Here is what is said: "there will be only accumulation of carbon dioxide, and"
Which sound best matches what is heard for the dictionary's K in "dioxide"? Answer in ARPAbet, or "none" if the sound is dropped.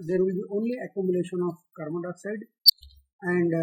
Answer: none